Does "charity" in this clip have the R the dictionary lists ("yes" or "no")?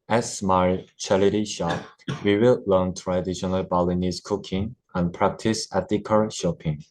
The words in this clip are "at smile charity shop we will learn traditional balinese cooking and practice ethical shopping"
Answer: no